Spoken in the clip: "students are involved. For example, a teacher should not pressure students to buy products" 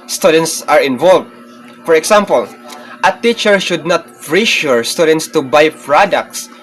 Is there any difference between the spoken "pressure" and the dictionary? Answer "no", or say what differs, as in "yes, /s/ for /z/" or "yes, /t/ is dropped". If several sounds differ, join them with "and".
yes, /f/ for /p/